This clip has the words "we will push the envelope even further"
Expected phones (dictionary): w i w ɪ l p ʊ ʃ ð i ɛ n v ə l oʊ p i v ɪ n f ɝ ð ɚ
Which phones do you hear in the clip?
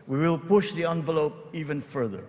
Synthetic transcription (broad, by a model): w i w ɪ l p ʊ ʃ ð i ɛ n v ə l oʊ p i v ɪ n f ɝ ð ɚ